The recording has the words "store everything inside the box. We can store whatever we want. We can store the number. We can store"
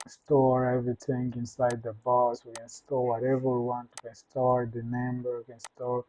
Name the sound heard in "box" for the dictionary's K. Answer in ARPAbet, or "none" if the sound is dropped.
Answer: none